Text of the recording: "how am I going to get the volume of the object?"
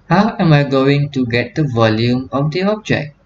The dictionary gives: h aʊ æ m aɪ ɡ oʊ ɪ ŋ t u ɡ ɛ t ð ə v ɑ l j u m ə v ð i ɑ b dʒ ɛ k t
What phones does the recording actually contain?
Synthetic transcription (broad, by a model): h aʊ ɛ m aɪ ɡ oʊ ɪ ŋ t u ɡ ɛ t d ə v ɑ l j u m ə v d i ɑ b dʒ ɛ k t